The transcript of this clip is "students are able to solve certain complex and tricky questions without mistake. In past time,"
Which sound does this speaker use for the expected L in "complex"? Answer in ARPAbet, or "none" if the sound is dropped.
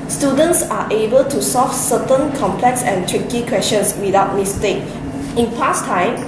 L